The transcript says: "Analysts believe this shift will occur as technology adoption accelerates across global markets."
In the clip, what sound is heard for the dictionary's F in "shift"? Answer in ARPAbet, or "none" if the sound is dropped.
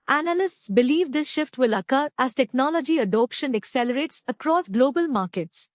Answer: F